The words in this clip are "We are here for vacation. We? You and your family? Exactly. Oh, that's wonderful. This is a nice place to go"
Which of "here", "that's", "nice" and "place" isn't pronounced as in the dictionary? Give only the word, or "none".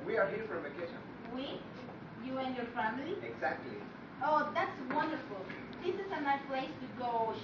nice